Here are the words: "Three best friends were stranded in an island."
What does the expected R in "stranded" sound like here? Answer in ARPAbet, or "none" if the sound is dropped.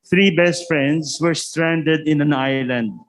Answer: R